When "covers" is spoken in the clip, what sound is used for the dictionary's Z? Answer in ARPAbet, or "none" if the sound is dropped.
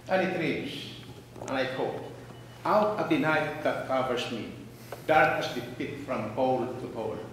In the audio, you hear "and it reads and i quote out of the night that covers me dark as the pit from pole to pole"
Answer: S